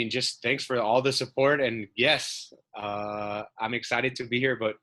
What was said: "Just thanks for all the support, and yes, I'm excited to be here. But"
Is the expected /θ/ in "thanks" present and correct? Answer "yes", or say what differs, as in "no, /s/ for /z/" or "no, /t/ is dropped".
yes